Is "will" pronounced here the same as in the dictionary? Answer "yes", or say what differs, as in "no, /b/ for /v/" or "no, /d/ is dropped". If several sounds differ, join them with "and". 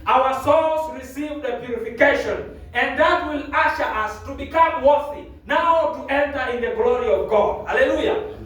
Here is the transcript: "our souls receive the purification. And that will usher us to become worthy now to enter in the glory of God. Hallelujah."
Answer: yes